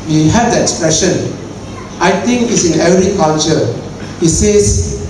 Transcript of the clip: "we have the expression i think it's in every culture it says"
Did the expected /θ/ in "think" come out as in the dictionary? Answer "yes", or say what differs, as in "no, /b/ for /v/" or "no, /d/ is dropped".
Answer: no, /t/ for /θ/